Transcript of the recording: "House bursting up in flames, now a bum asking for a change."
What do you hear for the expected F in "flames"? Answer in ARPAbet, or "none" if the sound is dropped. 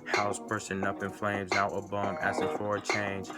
F